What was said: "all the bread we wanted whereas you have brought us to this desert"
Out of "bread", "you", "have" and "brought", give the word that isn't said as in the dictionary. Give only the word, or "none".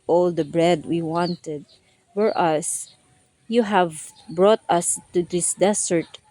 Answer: none